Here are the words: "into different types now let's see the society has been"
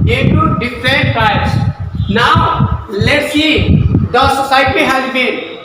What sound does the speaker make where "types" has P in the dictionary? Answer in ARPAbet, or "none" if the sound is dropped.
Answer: none